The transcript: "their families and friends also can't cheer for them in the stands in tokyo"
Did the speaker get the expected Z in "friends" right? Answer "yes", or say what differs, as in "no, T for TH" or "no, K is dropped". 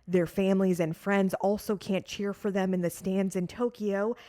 yes